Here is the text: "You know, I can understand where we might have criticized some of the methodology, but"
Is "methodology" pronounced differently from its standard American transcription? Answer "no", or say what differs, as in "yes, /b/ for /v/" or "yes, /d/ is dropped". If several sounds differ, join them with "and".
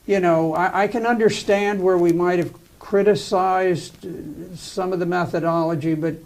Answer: no